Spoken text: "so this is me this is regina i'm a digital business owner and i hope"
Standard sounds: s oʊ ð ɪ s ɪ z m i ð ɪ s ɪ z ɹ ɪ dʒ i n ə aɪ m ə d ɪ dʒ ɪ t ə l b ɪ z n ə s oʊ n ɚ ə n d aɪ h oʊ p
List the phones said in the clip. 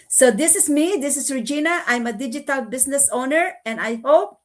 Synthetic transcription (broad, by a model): s oʊ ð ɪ s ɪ s m i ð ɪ s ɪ s ɹ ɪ dʒ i n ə aɪ m ə d ɪ dʒ ɪ t ə l b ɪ s n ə s oʊ n ɚ ə n d aɪ h oʊ p